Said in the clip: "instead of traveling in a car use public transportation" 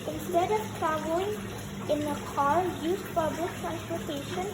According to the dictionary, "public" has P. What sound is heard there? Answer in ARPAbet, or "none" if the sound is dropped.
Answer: F